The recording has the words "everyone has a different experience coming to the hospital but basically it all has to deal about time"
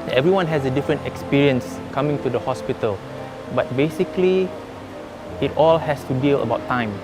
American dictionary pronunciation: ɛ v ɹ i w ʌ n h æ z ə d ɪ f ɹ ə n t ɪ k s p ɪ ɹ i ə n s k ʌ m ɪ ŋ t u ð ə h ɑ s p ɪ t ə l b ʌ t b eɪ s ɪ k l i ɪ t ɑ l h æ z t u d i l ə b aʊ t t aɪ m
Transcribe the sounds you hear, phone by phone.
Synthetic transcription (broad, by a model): ɛ v ɹ i w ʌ n h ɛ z ə d ɪ f ɹ ə n t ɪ k s p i ɹ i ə n s k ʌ m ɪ ŋ t u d ə h ɑ s p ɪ t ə l b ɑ t b eɪ s ɪ k l i ɪ t ɑ l h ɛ s t u d i l ə b aʊ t t aɪ m